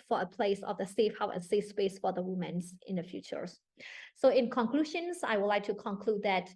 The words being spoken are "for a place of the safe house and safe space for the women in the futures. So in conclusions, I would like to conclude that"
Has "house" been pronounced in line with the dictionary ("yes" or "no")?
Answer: no